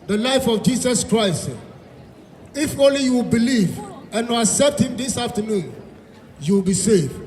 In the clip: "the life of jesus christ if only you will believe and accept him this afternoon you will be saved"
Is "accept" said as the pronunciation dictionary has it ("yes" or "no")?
yes